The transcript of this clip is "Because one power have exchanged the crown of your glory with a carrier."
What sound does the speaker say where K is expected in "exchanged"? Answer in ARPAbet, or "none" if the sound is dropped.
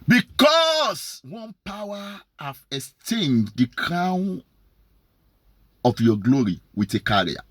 none